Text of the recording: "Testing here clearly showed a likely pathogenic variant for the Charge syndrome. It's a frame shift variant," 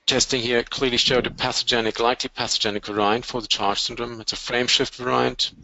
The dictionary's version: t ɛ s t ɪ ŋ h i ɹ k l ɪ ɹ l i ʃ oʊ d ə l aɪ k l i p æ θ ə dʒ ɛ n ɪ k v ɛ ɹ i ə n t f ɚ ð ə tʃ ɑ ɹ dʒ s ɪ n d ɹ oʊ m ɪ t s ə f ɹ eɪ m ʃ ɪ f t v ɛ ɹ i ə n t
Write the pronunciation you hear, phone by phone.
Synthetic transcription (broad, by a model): t ɛ s t ɪ ŋ h i ɹ k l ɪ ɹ l i ʃ oʊ d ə l aɪ k l i p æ s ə dʒ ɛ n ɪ k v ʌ ɹ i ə n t f ɚ ð ə tʃ ɑ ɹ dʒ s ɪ n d ɹ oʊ m ɪ t s ə f ɹ eɪ m ʃ ɪ f t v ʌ ɹ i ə n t